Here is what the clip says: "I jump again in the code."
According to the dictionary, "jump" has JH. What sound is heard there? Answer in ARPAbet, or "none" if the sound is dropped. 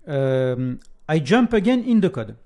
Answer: JH